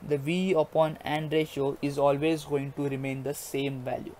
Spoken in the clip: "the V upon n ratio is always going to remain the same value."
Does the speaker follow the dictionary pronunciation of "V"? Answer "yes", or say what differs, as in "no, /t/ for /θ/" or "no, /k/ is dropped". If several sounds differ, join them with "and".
yes